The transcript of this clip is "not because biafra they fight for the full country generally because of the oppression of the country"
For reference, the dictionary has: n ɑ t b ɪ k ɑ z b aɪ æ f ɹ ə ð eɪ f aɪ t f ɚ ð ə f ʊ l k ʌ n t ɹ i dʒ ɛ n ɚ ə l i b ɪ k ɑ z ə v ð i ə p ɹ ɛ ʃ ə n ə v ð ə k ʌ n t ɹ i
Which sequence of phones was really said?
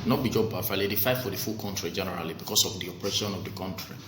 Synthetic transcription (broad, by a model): n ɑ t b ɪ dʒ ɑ b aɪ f l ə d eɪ f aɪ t f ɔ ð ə f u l k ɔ n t ɹ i dʒ ɛ n ɚ ə l i b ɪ k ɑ s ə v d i ə p ɹ ɛ ʃ ə n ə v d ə k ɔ n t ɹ i